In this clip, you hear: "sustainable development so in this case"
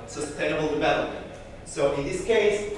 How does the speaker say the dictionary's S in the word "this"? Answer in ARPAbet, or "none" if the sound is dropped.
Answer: S